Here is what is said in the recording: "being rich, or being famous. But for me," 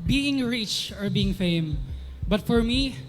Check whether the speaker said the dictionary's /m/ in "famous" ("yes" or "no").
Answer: no